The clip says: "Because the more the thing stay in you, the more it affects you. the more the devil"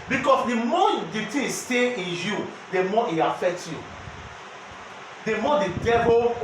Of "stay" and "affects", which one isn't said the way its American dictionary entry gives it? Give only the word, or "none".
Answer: affects